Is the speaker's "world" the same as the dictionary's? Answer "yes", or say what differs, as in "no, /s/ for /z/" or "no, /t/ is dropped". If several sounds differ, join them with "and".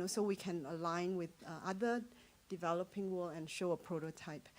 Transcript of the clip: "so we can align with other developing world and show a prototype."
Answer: no, /d/ is dropped